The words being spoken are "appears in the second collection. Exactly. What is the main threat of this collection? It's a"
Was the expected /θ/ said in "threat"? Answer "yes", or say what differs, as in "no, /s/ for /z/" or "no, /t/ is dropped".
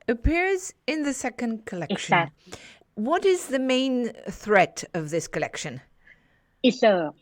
yes